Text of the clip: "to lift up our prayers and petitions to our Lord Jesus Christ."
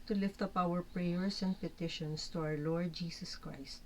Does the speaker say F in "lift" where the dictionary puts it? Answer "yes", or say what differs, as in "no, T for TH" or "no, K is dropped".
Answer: yes